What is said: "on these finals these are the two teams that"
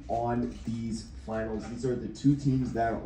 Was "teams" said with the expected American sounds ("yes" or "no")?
yes